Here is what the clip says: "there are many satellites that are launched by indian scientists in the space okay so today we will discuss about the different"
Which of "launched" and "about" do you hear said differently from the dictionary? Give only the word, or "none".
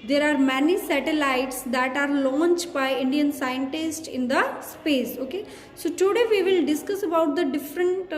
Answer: none